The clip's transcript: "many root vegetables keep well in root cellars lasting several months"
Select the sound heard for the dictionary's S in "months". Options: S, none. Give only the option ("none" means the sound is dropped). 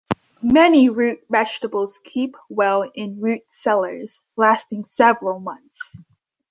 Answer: S